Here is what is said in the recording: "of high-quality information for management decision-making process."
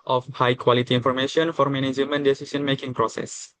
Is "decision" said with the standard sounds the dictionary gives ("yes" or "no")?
no